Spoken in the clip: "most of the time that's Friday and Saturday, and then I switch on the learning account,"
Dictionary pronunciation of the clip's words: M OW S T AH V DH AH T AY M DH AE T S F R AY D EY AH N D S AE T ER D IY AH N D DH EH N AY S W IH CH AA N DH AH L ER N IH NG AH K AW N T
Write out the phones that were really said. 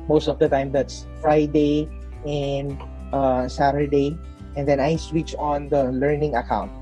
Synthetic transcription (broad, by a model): M OW S T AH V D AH T AY M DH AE T S F R AY D EY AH N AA S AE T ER D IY AH N D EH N AY S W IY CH AA N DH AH L ER N IH NG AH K AW N T